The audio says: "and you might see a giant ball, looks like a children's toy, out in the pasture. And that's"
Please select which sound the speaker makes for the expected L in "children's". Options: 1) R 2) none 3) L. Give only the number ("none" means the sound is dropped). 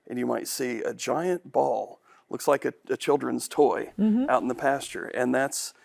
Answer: 3